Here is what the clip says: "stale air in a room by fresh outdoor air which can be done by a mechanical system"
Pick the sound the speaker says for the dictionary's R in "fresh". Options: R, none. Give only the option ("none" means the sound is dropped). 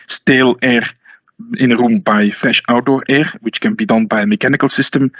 none